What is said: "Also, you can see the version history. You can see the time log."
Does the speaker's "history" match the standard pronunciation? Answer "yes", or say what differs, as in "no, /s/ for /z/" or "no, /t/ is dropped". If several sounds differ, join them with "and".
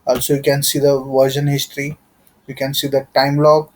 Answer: yes